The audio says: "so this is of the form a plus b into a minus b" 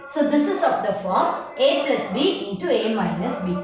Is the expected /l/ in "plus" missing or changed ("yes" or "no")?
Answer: no